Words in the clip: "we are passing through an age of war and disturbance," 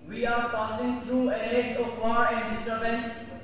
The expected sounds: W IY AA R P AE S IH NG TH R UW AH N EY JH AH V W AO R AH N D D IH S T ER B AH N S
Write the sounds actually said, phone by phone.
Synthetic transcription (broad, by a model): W IY AA R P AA S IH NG T R UW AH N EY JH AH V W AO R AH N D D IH S T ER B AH N S